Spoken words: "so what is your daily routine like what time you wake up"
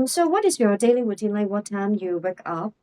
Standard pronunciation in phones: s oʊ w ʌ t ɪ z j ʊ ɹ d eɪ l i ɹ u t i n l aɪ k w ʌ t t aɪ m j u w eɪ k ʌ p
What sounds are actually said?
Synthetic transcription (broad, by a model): s oʊ w ʌ t ɪ z j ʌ ɹ d eɪ l i w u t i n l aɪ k w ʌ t t aɪ m j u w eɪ k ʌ p